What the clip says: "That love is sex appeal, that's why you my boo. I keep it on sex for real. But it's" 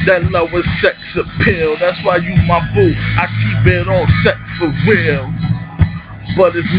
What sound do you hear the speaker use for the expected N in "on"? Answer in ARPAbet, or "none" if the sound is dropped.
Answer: L